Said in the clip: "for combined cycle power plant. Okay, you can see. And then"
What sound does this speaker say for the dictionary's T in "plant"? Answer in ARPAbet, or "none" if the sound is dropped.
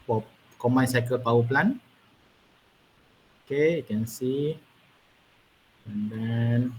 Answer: none